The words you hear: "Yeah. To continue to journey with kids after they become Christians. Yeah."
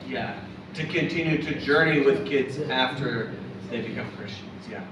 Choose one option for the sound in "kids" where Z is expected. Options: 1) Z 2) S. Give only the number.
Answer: 1